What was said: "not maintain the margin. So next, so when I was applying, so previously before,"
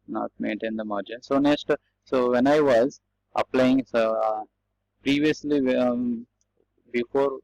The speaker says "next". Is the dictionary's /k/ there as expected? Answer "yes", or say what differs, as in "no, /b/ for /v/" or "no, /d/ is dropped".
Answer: yes